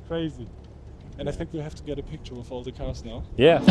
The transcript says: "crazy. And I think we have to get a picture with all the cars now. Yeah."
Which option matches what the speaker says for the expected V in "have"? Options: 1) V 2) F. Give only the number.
2